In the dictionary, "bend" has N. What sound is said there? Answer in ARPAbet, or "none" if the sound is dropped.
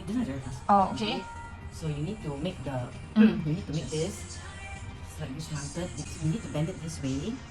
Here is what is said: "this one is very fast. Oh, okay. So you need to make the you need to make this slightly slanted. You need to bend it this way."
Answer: N